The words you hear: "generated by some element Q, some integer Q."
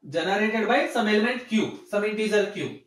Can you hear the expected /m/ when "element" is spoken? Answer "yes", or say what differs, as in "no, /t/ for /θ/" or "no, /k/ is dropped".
yes